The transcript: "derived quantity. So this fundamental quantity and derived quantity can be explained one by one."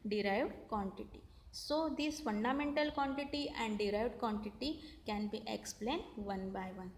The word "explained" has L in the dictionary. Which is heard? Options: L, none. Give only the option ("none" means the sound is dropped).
L